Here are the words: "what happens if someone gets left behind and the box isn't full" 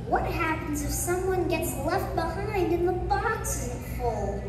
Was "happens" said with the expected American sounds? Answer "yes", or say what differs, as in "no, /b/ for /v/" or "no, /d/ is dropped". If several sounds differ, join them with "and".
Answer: yes